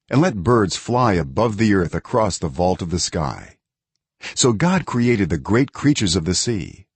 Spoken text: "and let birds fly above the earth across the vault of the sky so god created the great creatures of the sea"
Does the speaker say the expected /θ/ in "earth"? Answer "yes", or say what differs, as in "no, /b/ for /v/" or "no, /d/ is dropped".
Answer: yes